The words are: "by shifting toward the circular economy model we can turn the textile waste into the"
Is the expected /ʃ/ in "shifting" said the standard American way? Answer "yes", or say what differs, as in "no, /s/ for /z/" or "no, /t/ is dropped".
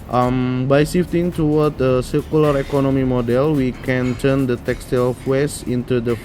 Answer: no, /s/ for /ʃ/